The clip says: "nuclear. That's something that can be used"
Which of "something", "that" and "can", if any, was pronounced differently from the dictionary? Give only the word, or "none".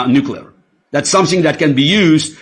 none